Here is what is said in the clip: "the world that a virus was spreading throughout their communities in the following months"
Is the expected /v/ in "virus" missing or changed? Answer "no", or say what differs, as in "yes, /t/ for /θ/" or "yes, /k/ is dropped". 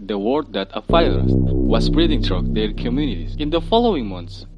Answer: yes, /f/ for /v/